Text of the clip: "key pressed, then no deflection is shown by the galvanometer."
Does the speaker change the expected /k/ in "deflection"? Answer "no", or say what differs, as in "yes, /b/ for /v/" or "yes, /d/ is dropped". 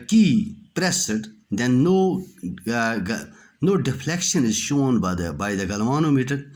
no